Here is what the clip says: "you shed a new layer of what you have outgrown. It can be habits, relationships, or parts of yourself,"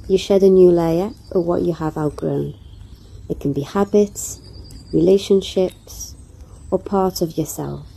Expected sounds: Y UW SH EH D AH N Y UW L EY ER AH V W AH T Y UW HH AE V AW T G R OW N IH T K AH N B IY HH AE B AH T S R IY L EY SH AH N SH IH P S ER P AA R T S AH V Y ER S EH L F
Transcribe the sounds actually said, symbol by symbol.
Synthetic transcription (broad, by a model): Y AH SH EH D AH N Y UW L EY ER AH W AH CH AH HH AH V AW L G R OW N IH T K AH N B IY HH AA B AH T S R IY L EY SH AH N SH IH P S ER P AA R T AH V Y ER S EH L F